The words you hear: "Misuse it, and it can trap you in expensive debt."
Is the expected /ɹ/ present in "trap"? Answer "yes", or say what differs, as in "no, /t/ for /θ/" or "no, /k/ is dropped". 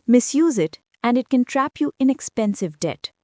yes